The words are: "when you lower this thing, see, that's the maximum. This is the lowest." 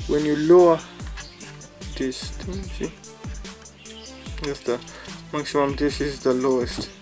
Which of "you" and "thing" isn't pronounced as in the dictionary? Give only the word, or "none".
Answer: thing